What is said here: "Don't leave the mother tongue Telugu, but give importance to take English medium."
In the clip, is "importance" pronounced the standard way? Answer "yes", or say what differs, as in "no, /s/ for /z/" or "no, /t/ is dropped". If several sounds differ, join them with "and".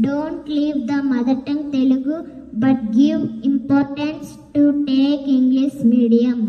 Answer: yes